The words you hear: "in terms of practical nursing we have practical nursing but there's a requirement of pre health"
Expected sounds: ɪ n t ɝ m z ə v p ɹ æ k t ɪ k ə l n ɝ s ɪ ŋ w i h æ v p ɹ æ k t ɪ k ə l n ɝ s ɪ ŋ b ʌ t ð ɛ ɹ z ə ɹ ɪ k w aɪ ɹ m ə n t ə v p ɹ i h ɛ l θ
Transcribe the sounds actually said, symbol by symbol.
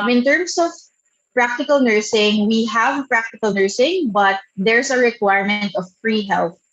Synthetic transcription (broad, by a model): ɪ n t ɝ m s ə v p ɹ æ k t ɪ k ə l n ɝ s ɪ ŋ w i h æ v p ɹ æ k t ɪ k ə l n ɝ s ɪ ŋ b ʌ t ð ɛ ɹ s ə ɹ ɪ k w aɪ ɹ m ə n t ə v f ɹ i h ɛ l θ